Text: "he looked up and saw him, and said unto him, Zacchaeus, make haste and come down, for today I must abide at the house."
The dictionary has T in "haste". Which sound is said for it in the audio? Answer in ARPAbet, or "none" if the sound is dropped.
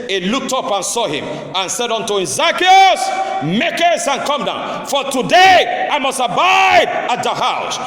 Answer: none